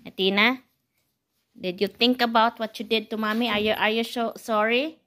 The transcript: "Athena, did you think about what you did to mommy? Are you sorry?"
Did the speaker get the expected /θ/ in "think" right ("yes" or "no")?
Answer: no